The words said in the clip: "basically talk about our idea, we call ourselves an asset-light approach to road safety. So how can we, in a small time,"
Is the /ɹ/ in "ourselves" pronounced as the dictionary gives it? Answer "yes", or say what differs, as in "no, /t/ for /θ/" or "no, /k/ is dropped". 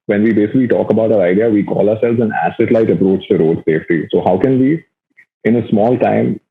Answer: yes